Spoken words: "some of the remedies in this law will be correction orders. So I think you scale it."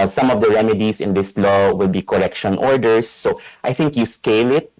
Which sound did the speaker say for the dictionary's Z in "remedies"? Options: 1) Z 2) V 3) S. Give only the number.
3